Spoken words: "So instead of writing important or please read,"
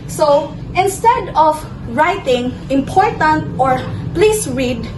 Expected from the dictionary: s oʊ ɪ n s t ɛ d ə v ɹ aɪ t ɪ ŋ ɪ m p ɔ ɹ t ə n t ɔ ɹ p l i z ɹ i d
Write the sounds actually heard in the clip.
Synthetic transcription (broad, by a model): s oʊ ɪ n s t ɛ d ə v ɹ aɪ t ɪ ŋ ɪ m p ɔ ɹ t ə n t ɔ ɹ p l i s ɹ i d